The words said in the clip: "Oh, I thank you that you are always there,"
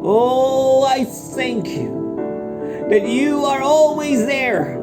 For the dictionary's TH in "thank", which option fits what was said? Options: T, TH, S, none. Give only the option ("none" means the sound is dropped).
TH